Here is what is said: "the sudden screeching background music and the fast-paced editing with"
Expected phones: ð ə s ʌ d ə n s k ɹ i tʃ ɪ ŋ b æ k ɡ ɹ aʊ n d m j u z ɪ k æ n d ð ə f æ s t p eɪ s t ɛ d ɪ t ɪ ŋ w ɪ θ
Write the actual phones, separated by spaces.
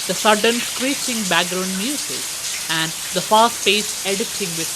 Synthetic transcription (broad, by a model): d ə s ʌ d ə n s k ɹ i tʃ ɪ ŋ b æ k ɡ ɹ aʊ n d m j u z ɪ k æ n d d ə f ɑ s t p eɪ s ɛ d ɪ t ɪ ŋ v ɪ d